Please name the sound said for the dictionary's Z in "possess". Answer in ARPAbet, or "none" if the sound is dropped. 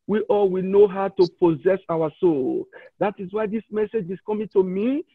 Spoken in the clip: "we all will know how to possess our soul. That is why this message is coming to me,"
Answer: Z